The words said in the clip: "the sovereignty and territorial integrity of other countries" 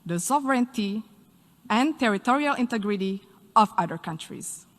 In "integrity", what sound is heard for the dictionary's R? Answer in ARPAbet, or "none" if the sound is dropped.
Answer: R